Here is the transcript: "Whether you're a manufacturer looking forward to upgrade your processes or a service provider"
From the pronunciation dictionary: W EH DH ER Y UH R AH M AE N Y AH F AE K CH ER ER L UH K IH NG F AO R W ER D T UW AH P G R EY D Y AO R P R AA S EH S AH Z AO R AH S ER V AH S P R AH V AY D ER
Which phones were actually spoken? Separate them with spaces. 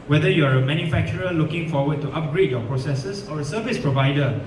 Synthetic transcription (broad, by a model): W EH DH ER Y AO R AH M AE N Y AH F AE K CH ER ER L UH K IH NG F AO W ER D T UW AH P G R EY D Y AO P R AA S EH S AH S AO R AH S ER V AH S P R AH V AY D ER